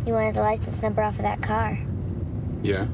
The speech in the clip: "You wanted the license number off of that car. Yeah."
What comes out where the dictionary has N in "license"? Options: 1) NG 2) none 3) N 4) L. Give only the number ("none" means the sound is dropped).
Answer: 2